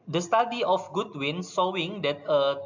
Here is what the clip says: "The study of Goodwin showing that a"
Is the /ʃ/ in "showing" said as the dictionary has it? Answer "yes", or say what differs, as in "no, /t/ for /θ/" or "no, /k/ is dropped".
no, /s/ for /ʃ/